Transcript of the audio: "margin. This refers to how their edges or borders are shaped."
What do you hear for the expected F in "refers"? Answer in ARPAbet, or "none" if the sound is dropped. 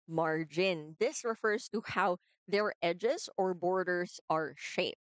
F